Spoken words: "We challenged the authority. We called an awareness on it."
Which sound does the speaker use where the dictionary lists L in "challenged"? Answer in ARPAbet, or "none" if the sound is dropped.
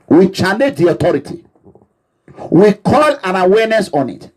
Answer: N